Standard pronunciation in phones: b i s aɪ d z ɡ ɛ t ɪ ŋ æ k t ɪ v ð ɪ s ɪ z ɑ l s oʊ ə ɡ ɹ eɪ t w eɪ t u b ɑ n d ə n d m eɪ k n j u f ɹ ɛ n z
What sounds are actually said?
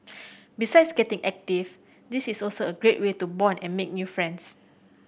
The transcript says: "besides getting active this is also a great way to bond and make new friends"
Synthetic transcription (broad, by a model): b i s aɪ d s ɡ ɛ t ɪ ŋ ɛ k t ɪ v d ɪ s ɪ s ɑ l s oʊ ə ɡ ɹ eɪ t w eɪ t u b ɑ n ə n m eɪ k n j u f ɹ ɛ n s